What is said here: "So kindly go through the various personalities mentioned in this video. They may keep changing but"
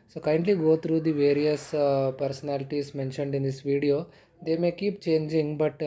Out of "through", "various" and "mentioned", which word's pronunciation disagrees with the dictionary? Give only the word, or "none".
through